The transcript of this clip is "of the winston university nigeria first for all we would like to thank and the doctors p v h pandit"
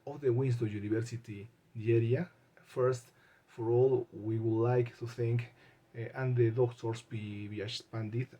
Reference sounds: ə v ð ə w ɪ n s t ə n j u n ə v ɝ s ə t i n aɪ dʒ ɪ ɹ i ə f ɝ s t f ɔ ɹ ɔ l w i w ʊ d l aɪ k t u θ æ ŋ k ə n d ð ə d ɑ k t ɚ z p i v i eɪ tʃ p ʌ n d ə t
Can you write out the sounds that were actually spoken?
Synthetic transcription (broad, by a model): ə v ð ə w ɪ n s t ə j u n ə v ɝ s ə t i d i ɛ ɹ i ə f ɝ s t f ɔ ɹ ɔ l w i w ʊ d l aɪ k t u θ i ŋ k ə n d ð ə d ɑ k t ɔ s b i b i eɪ s p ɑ n d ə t